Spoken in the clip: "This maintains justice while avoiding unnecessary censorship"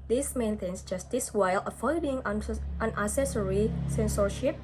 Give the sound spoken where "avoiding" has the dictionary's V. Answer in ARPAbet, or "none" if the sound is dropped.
F